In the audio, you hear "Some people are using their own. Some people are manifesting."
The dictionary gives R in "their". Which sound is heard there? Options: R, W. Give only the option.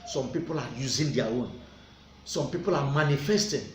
W